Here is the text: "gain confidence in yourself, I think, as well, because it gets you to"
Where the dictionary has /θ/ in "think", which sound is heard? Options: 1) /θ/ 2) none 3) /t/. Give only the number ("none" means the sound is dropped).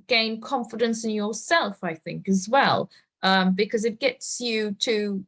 1